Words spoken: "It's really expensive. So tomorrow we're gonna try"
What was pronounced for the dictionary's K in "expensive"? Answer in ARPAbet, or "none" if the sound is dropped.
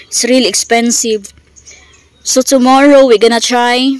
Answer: K